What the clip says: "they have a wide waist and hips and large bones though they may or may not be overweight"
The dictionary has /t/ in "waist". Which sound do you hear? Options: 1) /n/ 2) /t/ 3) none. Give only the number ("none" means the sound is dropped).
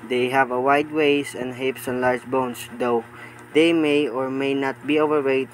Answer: 3